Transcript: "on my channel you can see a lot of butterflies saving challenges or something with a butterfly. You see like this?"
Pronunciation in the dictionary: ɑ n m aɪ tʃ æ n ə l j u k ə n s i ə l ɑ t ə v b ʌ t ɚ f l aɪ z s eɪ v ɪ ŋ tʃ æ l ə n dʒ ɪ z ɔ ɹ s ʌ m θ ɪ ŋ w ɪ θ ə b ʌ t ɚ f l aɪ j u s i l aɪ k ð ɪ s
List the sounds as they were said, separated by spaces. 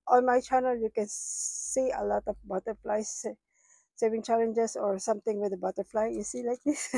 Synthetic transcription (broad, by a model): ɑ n m aɪ tʃ æ n ə l j u k ə n s i ə l ɑ t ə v b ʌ t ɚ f l aɪ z s eɪ v ɪ ŋ tʃ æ l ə n dʒ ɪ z ɔ ɹ s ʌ m t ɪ ŋ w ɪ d ə b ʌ t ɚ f l aɪ j u s i l aɪ k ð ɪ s